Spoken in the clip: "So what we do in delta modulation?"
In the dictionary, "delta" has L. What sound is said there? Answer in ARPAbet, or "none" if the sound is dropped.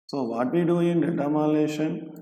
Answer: none